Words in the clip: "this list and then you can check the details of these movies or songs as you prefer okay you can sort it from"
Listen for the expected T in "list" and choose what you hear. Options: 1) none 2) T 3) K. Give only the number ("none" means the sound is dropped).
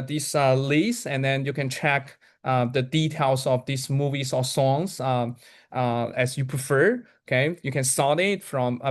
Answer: 1